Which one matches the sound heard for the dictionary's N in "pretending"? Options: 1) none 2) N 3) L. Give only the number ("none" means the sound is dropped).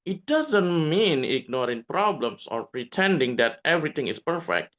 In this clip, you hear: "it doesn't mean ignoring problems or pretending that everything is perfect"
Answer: 2